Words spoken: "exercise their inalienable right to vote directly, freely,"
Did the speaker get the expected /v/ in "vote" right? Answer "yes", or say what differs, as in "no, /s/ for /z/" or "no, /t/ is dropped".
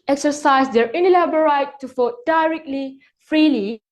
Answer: no, /f/ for /v/